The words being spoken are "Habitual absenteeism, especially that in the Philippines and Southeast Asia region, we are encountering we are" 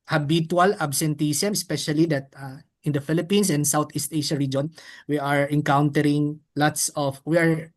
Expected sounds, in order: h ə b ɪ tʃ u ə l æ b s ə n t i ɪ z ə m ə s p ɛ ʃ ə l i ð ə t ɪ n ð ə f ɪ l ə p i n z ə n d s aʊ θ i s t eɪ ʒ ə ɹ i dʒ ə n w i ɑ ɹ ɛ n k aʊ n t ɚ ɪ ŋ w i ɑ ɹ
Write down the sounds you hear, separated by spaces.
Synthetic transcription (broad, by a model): h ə b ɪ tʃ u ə l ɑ b s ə n t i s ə m ə s p ɛ ʃ ə l i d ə t ɪ n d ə f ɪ l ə p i n s ə n d s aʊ t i s t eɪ ʃ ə ɹ i dʒ ə n w i ɑ ɹ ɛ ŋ k aʊ n t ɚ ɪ ŋ w i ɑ ɹ